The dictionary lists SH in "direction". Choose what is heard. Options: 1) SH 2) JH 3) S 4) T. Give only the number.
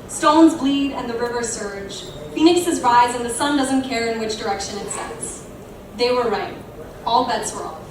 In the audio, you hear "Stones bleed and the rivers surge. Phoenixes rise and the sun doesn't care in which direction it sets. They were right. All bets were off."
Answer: 1